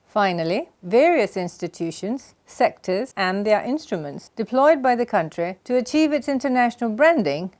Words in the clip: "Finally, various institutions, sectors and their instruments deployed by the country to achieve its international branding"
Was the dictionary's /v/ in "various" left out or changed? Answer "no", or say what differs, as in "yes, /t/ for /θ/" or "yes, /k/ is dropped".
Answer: no